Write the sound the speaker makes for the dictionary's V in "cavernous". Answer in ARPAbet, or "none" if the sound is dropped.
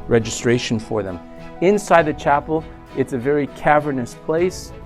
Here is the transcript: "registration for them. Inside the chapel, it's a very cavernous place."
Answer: V